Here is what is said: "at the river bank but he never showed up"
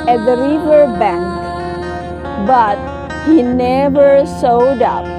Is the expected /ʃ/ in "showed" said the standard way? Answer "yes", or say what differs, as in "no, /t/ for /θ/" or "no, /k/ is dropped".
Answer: no, /s/ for /ʃ/